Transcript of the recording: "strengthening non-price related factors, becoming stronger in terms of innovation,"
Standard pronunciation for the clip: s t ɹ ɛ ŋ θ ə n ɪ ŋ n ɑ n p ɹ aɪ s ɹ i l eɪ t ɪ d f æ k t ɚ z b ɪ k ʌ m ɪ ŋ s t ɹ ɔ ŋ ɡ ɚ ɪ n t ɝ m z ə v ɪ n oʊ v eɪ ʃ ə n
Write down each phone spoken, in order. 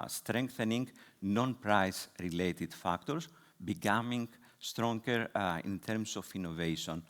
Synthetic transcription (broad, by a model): s t ɹ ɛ ŋ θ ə n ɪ ŋ n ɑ n p ɹ aɪ s ɹ i l eɪ t ɪ d f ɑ k t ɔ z b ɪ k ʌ m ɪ ŋ s t ɹ ɔ ŋ ɡ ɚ ɪ n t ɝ m s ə f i n oʊ v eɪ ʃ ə n